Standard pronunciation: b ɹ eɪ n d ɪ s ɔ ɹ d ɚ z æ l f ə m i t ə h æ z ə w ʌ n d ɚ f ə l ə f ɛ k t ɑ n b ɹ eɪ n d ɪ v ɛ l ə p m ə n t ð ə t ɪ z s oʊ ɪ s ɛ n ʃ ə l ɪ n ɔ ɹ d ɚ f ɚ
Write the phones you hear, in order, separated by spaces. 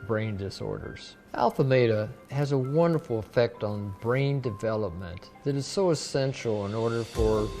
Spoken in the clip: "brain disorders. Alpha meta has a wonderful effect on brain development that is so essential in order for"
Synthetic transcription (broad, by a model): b ɹ eɪ n d ɪ s ɔ ɹ d ɚ z æ l f ə m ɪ t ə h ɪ z ə w ʌ n d ɚ f l ə f ɛ k t n b ɹ eɪ n d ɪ v ɛ l ə p m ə n ð ə t ɪ z s oʊ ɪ s ɛ n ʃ l ɪ n ɔ ɹ d ɚ f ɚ